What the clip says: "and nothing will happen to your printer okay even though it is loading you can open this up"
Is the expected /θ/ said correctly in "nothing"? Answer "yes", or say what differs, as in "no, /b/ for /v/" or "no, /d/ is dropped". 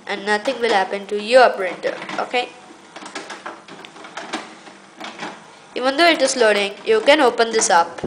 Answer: no, /t/ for /θ/